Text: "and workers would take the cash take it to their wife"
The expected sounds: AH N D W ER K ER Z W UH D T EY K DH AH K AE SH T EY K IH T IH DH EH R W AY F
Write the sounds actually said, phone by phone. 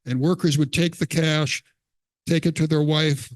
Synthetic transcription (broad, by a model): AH N W ER K ER Z W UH D T EY K DH AH K AE SH T EY K IH T IH DH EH R W AY F